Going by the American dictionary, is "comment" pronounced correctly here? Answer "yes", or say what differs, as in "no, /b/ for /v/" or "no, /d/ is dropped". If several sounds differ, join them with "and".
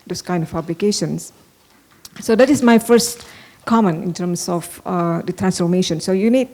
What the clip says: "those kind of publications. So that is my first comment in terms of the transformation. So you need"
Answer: no, /t/ is dropped